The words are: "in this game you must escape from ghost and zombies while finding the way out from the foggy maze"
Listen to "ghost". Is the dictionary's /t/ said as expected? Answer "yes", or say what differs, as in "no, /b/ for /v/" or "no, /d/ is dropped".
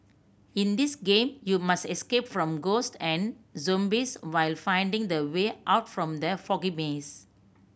yes